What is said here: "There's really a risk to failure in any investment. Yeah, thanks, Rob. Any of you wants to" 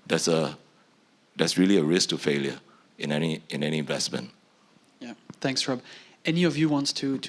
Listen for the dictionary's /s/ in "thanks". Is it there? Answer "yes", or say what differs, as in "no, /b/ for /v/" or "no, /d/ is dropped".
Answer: yes